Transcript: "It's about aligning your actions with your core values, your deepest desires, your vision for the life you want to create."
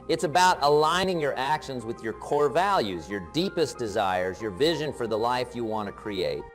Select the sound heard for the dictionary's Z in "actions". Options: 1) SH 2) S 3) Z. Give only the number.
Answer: 3